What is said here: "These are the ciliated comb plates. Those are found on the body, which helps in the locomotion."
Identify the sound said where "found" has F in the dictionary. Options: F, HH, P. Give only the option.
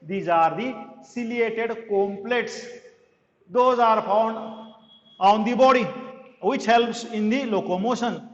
P